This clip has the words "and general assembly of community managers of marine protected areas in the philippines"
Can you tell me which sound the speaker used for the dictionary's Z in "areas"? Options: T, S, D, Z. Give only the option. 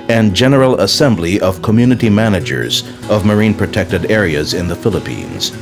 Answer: Z